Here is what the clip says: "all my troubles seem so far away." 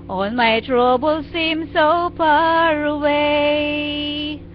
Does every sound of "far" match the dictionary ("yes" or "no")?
no